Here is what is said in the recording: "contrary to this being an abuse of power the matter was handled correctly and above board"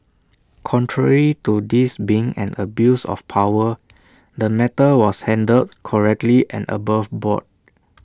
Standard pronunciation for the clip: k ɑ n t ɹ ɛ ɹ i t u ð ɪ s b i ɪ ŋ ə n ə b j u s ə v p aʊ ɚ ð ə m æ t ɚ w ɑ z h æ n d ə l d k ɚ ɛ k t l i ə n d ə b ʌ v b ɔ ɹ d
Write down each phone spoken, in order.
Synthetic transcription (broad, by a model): k ɑ n t ɹ ɛ ɹ i t u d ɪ s b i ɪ ŋ ə n ə b j u s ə f p aʊ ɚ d ə m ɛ t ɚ w ɑ s h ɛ n d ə d k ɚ ɛ k t l i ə n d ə b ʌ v b ɔ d